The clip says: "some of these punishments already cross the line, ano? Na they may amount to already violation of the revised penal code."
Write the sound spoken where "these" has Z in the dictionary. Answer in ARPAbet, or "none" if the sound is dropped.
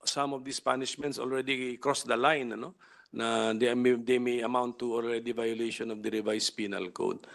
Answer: S